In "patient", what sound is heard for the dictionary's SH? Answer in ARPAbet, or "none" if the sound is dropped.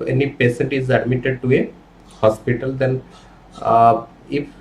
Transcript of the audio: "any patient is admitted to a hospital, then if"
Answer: S